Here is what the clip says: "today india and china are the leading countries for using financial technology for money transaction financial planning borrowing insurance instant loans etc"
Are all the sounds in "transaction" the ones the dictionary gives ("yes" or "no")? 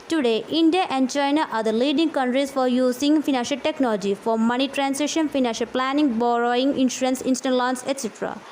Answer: no